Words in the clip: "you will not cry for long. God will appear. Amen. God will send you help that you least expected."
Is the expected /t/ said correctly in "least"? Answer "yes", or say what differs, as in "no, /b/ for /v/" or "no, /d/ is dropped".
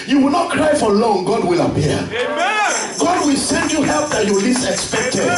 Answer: no, /t/ is dropped